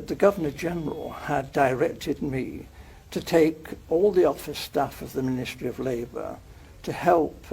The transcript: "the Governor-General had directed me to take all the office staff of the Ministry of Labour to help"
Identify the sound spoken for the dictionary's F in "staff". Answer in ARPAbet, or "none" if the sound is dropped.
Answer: F